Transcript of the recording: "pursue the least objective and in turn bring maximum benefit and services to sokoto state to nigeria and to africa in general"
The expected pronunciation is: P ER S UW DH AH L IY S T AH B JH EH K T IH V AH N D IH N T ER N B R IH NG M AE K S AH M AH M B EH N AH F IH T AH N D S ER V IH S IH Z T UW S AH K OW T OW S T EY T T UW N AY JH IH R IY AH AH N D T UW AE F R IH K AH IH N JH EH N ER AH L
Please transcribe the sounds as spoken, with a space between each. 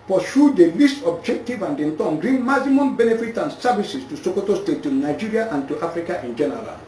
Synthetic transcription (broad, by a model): P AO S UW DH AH L IY S T AH B JH EH K T IH V AH N D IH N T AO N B R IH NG M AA S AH M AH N B EH N AH F IH T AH N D S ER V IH S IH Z T UW S AH K OW T OW S T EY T T UW N AY JH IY R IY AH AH N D T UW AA F R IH K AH IH N JH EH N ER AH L